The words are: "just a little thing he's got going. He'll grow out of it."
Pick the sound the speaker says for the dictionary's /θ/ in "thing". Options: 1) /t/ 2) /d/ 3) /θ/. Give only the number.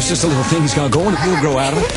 3